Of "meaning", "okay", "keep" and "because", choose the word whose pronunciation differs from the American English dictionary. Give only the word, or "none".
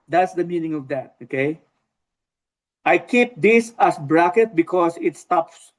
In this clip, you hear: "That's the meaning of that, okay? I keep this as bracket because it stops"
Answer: because